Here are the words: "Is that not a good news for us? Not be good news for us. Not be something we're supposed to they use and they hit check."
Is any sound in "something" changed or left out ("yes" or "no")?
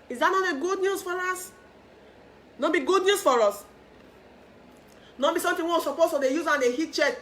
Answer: yes